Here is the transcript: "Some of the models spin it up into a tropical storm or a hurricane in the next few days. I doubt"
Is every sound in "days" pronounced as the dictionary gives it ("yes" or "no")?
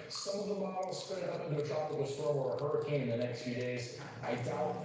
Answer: yes